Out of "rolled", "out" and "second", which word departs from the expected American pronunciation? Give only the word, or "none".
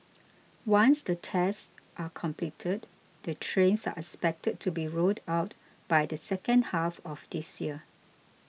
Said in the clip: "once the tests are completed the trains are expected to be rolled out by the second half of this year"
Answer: rolled